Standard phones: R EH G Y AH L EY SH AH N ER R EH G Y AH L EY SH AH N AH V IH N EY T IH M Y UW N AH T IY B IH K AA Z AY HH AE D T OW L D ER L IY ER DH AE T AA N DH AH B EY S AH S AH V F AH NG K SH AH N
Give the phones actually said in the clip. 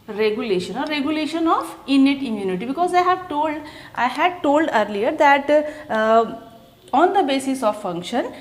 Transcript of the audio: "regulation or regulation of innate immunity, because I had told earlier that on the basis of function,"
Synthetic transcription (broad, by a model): R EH G Y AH L EY SH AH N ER R EH G Y AH L EY SH AH N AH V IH N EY T IH M Y UW N AH T IY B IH K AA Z AY HH AE D T OW L D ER L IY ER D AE T AA N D AH B EY S AH S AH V F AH NG K SH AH N